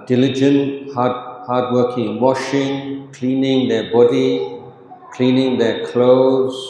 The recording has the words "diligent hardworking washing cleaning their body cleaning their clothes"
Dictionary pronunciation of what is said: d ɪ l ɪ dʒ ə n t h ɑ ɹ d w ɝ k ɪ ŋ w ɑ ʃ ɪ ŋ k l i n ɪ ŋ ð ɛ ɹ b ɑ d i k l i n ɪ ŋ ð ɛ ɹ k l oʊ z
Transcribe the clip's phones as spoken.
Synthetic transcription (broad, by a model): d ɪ l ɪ dʒ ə n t h ɑ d w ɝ k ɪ ŋ w ɑ ʃ ɪ ŋ k l i n ɪ ŋ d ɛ b ɑ d i k l i n ɪ ŋ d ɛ k l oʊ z